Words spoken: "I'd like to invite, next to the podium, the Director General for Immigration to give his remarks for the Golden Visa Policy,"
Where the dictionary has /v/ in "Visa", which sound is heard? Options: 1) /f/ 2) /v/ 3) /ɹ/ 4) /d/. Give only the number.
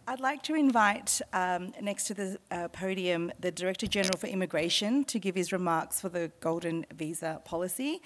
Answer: 2